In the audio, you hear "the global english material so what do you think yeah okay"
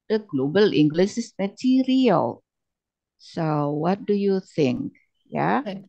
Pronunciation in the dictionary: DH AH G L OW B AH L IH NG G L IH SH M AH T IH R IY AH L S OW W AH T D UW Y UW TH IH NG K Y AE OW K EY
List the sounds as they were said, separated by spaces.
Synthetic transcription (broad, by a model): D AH G L OW B AH L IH NG G L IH S M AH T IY R IY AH L S OW W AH T D UW Y UW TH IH NG K Y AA